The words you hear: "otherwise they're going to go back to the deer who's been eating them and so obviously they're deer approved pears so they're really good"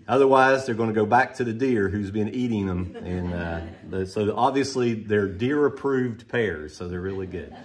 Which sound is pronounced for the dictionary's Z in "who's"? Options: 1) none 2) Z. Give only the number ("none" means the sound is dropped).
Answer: 2